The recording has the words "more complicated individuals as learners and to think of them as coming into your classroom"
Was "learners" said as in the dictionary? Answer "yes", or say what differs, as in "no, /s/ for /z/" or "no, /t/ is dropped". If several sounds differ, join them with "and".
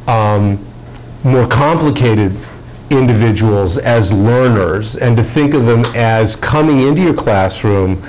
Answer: yes